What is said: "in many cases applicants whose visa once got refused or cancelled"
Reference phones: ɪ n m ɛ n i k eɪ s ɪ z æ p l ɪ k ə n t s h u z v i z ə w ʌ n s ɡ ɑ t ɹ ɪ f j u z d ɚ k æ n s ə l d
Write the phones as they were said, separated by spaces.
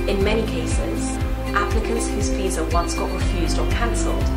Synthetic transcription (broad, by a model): ɪ n m ɛ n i k eɪ s ɪ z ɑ p l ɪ k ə n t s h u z p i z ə w ʌ n s ɡ ɑ t ɹ ɪ f j u z d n k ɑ n s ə l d